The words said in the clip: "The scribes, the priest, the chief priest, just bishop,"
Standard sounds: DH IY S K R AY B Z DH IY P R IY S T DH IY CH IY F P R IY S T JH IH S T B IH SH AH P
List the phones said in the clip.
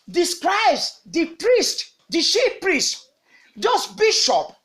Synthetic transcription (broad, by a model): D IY S K R AY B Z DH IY P R IY S T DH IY SH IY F P R IY S T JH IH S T B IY SH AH P